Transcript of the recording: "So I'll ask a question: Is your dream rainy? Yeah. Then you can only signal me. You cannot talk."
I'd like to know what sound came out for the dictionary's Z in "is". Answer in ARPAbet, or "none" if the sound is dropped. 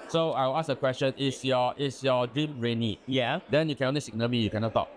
S